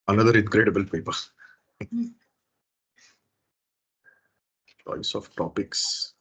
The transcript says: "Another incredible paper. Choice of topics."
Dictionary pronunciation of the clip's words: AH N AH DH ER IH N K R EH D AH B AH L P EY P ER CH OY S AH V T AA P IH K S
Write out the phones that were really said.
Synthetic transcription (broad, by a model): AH N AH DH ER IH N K R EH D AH B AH L P EY P ER S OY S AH F T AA P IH K S